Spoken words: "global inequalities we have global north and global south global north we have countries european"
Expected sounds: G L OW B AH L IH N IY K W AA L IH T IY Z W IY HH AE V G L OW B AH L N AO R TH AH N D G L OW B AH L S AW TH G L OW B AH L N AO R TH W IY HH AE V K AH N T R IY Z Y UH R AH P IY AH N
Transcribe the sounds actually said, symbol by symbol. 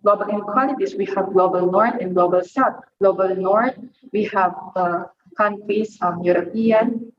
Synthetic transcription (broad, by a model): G L OW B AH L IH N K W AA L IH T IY S W IY HH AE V G L OW B AH L N AO R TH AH N G L OW B AH L S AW T G L OW B AH L N AO R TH W IY HH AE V K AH N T R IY S Y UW R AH P IY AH N